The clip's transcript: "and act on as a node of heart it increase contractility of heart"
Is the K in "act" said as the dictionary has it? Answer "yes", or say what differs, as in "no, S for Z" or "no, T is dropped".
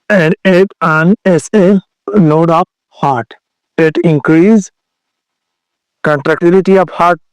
no, K is dropped